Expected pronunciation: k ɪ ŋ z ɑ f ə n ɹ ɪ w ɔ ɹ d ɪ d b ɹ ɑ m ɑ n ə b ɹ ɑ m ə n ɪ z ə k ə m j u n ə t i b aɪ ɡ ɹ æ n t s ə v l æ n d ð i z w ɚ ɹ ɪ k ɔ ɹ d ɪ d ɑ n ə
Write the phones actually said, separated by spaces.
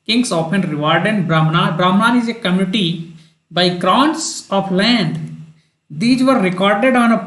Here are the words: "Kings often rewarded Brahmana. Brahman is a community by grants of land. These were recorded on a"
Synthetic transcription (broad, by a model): k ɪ ŋ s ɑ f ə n ɹ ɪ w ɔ ɹ d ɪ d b ɹ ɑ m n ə b ɹ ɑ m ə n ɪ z ə k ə m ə t i b aɪ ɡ ɹ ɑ n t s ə p l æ n d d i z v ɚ ɹ ɪ k ɔ ɹ d ɪ d ɑ n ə